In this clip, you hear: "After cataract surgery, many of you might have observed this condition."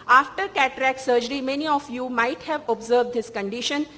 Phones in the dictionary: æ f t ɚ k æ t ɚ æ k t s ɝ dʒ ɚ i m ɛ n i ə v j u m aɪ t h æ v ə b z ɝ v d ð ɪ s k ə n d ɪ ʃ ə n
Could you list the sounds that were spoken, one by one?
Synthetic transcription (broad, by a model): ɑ f t ɚ k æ t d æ k s ɝ dʒ ɚ i m ɛ n i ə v j u m aɪ t h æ v ə b z ɝ v d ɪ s k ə n d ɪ ʃ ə n